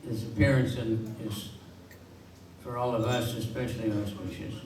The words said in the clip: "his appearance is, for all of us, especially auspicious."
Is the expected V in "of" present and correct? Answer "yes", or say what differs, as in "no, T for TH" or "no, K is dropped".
yes